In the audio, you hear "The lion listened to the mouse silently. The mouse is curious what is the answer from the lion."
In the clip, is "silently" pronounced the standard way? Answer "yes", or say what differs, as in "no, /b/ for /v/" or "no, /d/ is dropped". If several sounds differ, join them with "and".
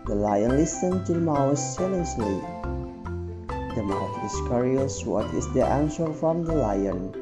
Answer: no, /s/ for /t/